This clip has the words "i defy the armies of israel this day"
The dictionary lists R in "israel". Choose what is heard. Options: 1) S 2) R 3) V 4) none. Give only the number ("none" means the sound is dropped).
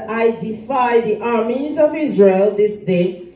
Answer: 2